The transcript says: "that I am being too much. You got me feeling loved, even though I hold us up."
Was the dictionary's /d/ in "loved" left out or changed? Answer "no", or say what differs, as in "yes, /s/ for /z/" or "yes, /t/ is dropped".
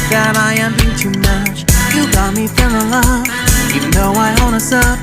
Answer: yes, /d/ is dropped